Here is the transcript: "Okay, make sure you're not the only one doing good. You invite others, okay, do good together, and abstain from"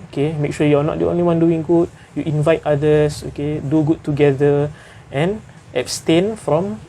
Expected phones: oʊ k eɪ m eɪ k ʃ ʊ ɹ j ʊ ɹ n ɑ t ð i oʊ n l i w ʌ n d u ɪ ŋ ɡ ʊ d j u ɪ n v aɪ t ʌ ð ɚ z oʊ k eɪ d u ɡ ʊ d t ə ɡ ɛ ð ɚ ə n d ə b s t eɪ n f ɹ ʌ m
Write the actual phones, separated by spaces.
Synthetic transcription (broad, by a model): oʊ k eɪ m eɪ k ʃ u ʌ j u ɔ n ɑ t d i oʊ n l i w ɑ n d u ɪ ŋ ɡ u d j u ɪ n v aɪ t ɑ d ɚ s oʊ k eɪ d u ɡ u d t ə ɡ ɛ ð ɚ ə n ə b s t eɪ n f ɹ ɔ m